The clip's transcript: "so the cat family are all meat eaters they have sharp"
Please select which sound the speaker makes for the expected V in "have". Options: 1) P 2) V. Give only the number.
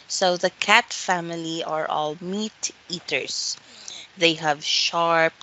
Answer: 2